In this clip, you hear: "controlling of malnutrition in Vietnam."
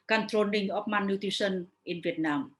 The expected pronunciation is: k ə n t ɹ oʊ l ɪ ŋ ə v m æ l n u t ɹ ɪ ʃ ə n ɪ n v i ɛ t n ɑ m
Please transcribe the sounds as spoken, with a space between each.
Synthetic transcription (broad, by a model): k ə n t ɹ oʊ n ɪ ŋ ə p m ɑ n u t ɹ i s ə n ɪ n v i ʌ t n ɑ m